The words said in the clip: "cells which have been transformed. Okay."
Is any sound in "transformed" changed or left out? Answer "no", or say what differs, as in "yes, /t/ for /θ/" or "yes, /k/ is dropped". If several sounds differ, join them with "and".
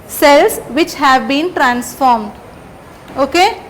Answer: no